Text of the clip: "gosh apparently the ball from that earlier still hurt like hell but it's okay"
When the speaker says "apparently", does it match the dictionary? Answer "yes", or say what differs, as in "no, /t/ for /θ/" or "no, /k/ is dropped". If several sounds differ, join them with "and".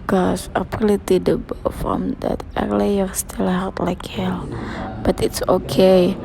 no, /l/ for /ɹ/